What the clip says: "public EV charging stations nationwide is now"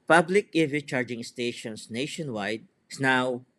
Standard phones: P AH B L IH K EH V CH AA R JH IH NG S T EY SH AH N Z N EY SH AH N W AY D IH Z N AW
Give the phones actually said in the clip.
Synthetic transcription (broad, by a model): P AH B L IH K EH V CH AA R JH IH NG S T EY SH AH N S N EY SH AH N W AY D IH S N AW